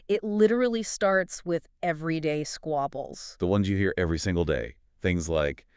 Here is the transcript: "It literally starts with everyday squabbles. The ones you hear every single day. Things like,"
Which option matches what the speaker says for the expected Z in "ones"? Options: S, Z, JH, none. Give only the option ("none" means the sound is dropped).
Z